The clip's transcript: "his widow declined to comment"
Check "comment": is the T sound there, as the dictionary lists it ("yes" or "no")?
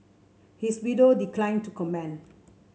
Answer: no